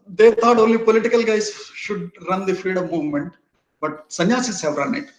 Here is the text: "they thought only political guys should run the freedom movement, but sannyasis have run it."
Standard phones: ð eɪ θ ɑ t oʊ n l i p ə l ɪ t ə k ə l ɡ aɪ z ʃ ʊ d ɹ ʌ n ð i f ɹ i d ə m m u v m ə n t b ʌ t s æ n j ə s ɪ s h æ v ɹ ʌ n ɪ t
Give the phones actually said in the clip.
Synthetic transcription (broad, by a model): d eɪ t ɑ t oʊ n l i p ə l ɪ t ə k ə l ɡ aɪ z ʃ ʊ d ɹ ʌ n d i f i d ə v m u v m ə n t b ʌ t s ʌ n j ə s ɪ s h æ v ɹ ʌ n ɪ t